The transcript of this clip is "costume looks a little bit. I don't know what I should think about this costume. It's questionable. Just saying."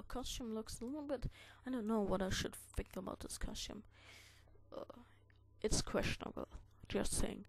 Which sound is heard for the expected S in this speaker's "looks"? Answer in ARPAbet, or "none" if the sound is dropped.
S